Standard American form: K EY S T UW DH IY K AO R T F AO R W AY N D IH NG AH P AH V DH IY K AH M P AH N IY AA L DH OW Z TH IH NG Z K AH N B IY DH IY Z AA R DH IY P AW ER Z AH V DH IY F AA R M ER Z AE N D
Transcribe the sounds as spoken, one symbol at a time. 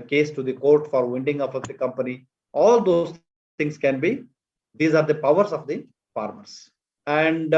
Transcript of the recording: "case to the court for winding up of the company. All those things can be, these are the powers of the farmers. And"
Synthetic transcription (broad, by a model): K EY S T UW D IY K AO R T F AO R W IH N D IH NG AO F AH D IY K AH M P AH N IY AA L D OW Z T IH NG S K AH N B IY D IY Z AA R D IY P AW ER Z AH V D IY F AA R M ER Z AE N D